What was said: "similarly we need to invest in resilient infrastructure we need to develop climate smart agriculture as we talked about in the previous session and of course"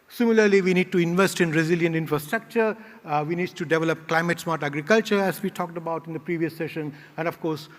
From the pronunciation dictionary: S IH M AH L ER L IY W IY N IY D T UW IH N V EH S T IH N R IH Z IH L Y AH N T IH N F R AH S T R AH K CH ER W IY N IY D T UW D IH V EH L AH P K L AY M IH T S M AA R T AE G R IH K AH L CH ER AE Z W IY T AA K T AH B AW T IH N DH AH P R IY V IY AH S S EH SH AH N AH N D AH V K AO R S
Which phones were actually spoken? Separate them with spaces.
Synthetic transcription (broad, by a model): S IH M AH L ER L IY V IY N IY D T UW IH N V EH S T IH N R IH Z IH L Y AH N T IH N F R AH S T R AH K CH ER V IY N IY D T UW D IH V EH L AH P K L AY M IH T S M AA R T AE G R IH K AH L CH ER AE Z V IY T AA K T AH B AW T IH N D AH P R IY V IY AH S S EH SH AH N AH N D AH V K AO R S